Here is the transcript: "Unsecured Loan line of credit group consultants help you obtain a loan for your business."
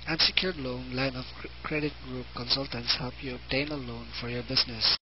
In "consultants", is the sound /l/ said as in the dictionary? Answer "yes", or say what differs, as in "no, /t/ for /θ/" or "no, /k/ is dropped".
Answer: yes